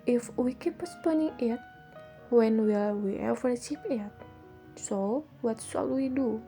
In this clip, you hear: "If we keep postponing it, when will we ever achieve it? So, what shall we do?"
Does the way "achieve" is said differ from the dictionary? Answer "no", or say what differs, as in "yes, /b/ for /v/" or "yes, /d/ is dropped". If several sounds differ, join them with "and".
yes, /p/ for /v/